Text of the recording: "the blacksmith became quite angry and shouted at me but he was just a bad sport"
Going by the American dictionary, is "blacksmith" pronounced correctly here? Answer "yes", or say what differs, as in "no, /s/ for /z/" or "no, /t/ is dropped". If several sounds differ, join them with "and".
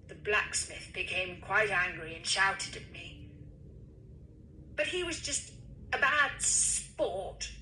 yes